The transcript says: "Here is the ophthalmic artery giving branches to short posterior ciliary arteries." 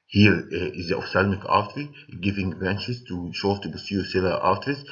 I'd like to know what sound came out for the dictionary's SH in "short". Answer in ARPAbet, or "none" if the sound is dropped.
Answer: SH